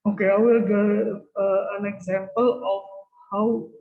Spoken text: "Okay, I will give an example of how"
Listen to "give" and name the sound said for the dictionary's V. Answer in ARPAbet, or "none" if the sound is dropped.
none